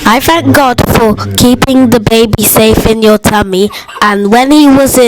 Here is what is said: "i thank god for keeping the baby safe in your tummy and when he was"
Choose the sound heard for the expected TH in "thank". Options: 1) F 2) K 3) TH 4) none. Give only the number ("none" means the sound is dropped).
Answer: 3